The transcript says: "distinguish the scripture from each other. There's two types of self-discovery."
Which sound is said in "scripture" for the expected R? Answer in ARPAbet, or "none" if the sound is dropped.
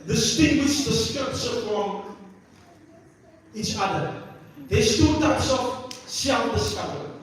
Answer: none